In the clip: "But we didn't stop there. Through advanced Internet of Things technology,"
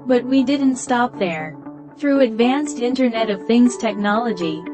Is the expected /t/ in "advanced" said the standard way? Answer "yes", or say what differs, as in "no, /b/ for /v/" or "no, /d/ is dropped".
yes